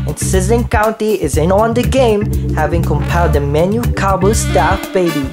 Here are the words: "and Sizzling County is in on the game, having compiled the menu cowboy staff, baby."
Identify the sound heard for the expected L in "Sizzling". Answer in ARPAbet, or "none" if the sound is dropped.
none